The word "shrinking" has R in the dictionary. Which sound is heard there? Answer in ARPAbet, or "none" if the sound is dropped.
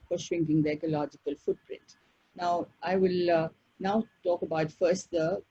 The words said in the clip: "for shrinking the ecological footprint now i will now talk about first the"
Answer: W